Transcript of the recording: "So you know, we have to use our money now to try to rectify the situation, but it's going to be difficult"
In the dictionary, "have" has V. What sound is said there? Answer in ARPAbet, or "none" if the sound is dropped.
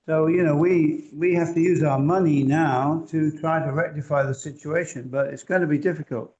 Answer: F